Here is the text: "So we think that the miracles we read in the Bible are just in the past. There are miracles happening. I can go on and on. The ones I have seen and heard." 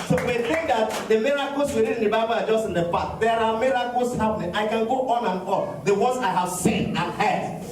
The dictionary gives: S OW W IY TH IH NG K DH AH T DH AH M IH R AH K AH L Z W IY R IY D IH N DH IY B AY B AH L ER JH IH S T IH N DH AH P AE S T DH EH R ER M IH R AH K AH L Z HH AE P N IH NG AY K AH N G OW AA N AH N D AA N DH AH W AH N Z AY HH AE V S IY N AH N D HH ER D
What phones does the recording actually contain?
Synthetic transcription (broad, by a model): S OW W IY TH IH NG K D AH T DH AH M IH R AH K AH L S W IY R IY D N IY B AY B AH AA JH IH S T IH N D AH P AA T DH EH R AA M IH R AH K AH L S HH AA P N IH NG AY K AH N G OW AA N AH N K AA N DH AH W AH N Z AY HH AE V S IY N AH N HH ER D